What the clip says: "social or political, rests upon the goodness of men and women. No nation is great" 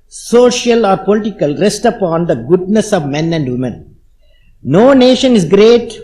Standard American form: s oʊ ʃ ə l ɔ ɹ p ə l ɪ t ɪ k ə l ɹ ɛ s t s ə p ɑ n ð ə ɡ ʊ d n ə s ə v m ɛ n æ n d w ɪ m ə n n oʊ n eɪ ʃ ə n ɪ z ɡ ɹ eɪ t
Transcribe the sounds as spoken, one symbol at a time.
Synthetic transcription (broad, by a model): s oʊ ʃ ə l ɔ ɹ p ə l ɪ t ɪ k ə l ɹ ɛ s t ə p ɑ n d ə ɡ ʊ d n ə s ə v m ɛ n æ n d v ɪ m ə n n oʊ n eɪ ʃ ə n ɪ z ɡ ɹ eɪ t